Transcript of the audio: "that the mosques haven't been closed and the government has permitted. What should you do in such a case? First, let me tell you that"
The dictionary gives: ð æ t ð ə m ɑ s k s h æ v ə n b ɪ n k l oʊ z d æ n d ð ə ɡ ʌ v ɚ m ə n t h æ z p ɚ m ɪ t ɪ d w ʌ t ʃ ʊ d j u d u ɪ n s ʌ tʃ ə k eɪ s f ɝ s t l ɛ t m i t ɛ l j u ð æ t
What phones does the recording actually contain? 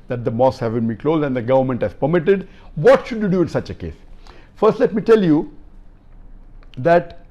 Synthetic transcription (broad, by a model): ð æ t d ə m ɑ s s h æ v ə n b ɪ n k l oʊ z d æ n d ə ɡ ʌ v ɚ m ə n t h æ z p ɚ m ɪ t ɪ d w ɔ t ʃ ʊ d j u d u ɪ n s ʌ tʃ ə k eɪ s f ɝ s t l ɛ t m i t ɛ l j u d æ t